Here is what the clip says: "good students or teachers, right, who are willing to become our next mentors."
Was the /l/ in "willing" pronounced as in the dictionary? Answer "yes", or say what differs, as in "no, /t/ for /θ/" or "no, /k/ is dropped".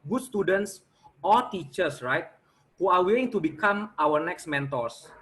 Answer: no, /l/ is dropped